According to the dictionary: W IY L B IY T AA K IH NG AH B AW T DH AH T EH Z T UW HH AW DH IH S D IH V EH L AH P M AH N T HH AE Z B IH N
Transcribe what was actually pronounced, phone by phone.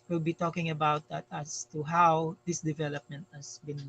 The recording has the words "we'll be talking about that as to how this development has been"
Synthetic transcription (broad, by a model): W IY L B IY T AA K IH NG AH B AW T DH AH T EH S T UW HH AW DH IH S D IH V EH L AH P M AH N T HH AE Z B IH N